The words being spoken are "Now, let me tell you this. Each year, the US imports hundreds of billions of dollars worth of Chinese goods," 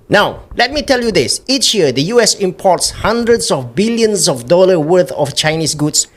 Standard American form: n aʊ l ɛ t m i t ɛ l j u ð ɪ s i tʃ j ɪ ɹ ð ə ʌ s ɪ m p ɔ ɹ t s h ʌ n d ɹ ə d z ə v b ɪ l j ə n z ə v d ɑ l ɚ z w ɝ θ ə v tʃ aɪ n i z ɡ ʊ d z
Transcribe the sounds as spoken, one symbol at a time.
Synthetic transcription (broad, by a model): n aʊ l ɛ t m i t ɛ l j u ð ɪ s i tʃ j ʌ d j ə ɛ s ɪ m p ɔ t s h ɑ n d ɹ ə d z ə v b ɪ l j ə n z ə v d ɑ l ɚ w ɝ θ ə f tʃ aɪ n i s ɡ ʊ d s